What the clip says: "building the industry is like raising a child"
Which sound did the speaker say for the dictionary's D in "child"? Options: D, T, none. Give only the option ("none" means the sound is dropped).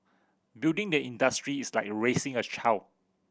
none